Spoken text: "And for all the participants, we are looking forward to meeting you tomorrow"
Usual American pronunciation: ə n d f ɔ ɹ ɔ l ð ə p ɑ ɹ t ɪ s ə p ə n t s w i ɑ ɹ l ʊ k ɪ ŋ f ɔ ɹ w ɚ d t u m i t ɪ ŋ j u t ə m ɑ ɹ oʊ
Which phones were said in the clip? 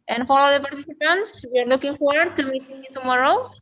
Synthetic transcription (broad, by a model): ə n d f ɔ l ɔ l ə p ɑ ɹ t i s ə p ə n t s w i ɑ ɹ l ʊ k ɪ ŋ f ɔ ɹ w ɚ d t u m i t ɪ ŋ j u t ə m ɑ ɹ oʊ